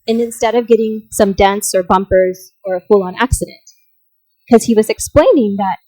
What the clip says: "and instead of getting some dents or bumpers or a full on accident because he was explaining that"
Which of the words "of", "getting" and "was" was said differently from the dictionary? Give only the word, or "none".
none